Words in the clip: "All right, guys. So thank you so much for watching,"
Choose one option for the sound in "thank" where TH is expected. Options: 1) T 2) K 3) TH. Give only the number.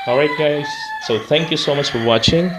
3